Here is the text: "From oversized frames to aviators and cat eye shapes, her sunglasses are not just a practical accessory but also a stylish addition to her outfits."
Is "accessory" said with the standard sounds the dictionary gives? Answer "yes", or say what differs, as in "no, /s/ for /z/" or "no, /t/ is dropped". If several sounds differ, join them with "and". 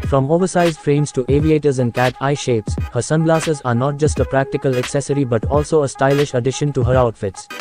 yes